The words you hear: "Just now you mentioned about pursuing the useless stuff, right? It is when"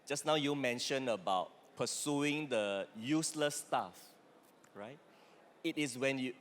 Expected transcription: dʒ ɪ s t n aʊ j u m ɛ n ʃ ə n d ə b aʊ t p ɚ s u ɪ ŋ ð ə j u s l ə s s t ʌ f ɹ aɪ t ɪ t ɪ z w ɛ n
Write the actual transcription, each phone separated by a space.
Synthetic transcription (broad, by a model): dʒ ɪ s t n aʊ j u m ɛ n ʃ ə n ə b aʊ t p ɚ s u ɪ ŋ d ə j u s l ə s s t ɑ f ɹ aɪ t ɪ t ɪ s w ɛ n